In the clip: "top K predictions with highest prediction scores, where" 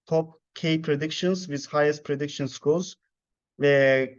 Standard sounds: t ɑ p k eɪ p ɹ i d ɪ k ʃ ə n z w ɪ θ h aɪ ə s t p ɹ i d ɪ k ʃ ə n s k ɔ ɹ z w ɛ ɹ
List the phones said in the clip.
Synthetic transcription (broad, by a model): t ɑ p k eɪ p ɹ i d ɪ k ʃ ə n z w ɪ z h aɪ ə s t p ɹ i d ɪ k ʃ ə n s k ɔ l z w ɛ